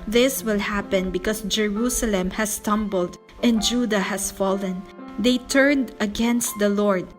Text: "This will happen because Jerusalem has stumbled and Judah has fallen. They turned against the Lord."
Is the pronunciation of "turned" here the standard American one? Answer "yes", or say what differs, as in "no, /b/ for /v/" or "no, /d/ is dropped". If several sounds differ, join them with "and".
yes